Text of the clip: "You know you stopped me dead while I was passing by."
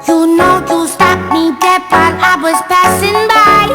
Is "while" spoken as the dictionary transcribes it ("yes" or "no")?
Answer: no